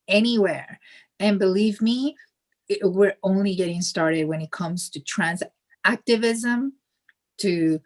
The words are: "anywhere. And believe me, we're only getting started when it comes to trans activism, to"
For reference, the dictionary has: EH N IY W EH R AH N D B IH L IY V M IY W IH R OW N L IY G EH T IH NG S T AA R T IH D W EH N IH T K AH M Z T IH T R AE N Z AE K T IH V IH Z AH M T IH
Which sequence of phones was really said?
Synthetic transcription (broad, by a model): EH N IY W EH R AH N B IH L IY V M IY W IH R OW N L IY G EH T IH NG S T AA R T IH D W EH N IH T K AH M Z T IH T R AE N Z AE K T IH V IH Z AH M T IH